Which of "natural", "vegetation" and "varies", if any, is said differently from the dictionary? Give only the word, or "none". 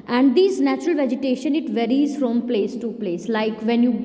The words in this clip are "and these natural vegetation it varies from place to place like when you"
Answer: none